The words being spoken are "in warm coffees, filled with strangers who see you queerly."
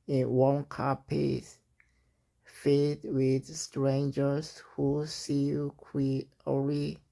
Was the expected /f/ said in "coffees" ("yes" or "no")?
no